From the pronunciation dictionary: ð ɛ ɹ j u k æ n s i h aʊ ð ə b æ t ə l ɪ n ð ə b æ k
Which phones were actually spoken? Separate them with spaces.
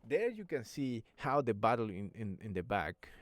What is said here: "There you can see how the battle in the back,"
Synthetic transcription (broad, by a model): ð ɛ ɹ j u k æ n s i h aʊ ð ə b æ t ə n ɪ n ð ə b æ k